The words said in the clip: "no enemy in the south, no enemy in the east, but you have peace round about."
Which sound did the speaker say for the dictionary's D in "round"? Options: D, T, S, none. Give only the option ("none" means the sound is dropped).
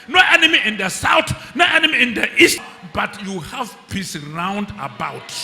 D